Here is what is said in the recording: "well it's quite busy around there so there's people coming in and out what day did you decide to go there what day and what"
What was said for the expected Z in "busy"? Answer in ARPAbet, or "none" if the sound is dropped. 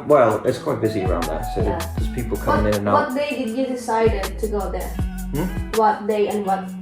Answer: Z